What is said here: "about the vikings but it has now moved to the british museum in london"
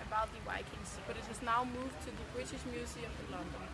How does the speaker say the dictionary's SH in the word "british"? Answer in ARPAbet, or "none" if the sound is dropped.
SH